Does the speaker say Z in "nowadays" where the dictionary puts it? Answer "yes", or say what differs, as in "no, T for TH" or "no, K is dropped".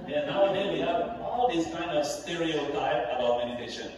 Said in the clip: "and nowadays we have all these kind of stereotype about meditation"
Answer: no, Z is dropped